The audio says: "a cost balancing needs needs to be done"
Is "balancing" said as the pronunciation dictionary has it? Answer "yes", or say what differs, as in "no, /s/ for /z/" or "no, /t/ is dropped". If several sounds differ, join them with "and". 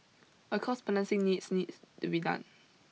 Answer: no, /n/ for /l/